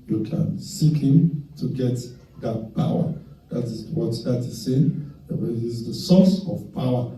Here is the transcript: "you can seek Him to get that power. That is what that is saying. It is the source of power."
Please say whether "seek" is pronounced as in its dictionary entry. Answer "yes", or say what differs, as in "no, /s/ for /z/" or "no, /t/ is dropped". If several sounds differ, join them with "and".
yes